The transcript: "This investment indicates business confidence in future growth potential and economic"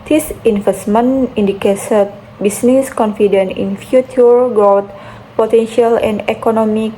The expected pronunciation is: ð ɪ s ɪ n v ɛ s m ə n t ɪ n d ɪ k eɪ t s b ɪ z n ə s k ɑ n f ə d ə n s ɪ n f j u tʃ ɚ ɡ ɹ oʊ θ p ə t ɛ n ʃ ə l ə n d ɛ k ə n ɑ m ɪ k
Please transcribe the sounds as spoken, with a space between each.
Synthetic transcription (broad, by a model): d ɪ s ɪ n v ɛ s m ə n i n d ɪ k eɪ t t b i s n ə s k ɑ n f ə d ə n ɪ n f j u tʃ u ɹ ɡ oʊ t p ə t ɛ n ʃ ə l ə n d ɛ k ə n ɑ m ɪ k